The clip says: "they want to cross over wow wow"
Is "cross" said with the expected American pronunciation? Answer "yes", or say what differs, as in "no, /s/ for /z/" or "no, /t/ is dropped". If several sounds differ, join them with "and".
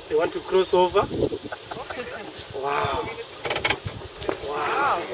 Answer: yes